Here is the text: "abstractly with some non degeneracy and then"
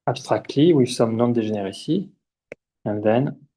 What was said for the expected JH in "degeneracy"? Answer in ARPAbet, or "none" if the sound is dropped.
ZH